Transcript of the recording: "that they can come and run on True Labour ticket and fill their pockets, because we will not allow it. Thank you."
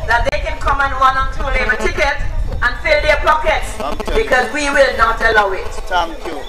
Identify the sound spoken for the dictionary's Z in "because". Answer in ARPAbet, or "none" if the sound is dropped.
Z